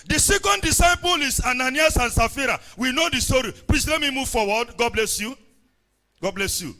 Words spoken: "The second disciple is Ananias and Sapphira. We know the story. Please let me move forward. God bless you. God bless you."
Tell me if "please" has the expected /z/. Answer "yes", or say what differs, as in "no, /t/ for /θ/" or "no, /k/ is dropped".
no, /s/ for /z/